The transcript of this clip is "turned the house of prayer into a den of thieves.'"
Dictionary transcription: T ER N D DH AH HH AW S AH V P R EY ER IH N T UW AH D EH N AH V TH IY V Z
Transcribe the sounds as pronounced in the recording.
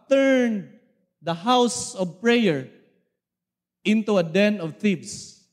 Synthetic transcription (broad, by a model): T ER N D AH HH AW S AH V P R EY ER IH N T UW AH D EH N AH V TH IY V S